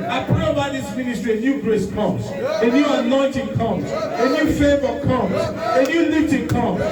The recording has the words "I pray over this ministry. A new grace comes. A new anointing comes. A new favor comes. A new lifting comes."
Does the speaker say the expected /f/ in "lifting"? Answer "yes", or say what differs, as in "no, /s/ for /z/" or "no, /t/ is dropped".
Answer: no, /f/ is dropped